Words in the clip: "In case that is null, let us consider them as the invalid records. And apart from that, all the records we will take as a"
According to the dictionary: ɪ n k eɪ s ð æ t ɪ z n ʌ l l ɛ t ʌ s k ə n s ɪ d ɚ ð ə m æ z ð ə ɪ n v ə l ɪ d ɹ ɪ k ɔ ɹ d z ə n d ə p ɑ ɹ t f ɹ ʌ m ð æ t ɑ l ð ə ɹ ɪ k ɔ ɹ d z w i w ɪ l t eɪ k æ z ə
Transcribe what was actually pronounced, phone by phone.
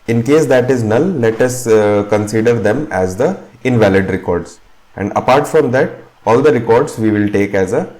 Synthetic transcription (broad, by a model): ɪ n k eɪ s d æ t ɪ z n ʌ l l ɛ t ʌ s k ə n s ɪ d ɚ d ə m æ z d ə ɪ n v ə l ɪ d ɹ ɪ k ɔ ɹ d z ə n d ə p ɑ ɹ t f ɹ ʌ m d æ t ɑ l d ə ɹ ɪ k ɔ ɹ d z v i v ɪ l t eɪ k æ z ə